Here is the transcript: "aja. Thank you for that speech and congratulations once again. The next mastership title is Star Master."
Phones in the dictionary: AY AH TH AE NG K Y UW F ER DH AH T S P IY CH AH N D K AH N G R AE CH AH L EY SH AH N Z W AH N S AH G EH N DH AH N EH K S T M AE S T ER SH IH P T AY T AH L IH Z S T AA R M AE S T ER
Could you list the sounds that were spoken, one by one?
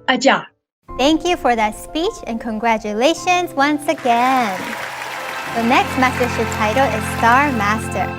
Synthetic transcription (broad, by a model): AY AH TH AE NG K Y UW F ER DH AH T S P IY CH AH N K AH N G R AE CH AH L EY SH AH N Z W AH N S AH G EH N DH AH N EH K S T M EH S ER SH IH T AY T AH L IH Z S T AA R M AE S T ER